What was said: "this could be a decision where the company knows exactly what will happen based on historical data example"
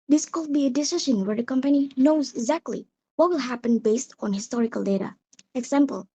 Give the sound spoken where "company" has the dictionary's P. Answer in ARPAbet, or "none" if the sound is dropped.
P